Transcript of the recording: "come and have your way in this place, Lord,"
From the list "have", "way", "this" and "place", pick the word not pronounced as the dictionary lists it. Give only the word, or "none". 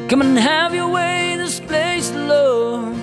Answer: none